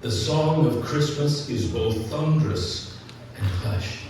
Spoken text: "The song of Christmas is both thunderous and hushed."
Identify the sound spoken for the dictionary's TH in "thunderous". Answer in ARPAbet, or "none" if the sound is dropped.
TH